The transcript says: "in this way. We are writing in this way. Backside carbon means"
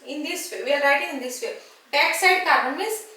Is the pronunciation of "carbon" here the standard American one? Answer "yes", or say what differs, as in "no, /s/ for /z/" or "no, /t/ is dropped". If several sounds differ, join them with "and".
no, /b/ is dropped